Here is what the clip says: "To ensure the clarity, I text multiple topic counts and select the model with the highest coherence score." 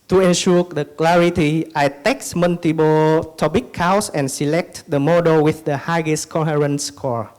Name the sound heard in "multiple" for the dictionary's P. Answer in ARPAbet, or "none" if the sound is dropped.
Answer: B